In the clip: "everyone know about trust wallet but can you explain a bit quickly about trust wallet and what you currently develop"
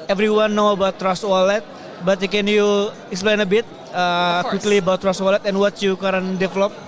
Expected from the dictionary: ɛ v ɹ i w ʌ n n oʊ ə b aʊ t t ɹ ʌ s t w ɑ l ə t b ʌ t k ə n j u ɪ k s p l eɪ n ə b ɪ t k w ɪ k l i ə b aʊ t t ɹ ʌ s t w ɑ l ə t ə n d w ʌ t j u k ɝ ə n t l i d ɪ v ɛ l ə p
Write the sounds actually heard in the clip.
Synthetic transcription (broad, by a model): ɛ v ɹ i w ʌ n n oʊ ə b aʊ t t ɹ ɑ s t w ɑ l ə t b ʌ t k ə n j u ɪ k s p l eɪ n ə b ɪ t k w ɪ k l i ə b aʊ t t ɹ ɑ s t w ɑ l ə t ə n w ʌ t j u k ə t i d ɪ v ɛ l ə p